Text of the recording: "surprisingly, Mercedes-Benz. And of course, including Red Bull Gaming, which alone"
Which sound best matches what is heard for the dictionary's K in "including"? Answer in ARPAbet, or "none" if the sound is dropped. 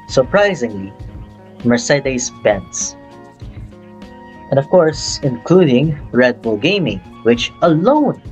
K